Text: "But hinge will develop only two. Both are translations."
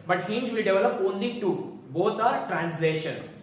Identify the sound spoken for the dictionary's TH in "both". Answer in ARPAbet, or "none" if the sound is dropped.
T